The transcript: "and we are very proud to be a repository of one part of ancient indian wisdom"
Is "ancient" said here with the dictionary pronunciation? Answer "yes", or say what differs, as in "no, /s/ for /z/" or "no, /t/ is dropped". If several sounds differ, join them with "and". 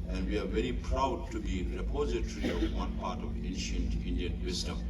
yes